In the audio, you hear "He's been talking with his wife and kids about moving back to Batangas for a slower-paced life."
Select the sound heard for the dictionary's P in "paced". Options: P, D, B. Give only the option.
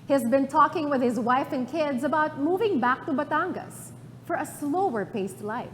P